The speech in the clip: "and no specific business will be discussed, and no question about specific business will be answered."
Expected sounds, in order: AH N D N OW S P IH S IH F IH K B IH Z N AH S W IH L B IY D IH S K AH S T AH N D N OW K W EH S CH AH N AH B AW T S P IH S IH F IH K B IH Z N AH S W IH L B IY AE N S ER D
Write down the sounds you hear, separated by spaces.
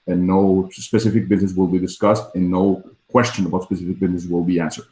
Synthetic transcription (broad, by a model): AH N N OW S P IH S IH F IH K B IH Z N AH S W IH L B IY D IH S K AH S T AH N N OW K W EH S CH AH N AH B AW T S P IH S IH F IH K B IH Z N AH S W IH L B IY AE N S ER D